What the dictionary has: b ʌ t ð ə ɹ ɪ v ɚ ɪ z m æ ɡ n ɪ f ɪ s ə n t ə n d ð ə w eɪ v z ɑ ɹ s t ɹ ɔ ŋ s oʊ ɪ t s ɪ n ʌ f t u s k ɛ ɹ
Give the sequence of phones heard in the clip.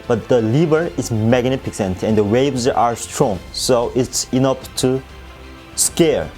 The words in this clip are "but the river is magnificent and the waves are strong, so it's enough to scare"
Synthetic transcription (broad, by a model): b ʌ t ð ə l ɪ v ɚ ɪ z m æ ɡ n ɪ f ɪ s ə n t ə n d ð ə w eɪ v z ɑ ɹ s t ɹ ɔ ŋ s oʊ ɪ t s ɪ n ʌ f t u s k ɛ ɹ